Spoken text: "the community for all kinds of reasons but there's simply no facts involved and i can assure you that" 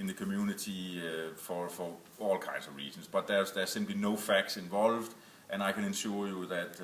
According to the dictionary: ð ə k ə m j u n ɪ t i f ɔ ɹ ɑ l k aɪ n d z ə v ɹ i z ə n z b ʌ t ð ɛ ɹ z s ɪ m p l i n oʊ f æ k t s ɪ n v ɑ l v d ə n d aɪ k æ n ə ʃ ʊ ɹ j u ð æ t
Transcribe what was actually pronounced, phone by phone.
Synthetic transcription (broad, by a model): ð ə k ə m j u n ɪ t i f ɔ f ɑ l k aɪ n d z ə v ɹ i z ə n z b ʌ t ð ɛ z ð s ɪ m p l i n oʊ f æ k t s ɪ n v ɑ l v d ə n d aɪ k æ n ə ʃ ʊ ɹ j u ð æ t